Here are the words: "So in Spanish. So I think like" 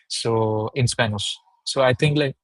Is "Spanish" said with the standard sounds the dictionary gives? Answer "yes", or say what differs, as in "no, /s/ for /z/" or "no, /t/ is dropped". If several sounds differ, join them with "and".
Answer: no, /s/ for /ʃ/